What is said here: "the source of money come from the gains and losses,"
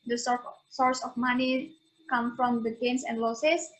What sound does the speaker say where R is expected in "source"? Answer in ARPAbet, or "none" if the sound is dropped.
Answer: R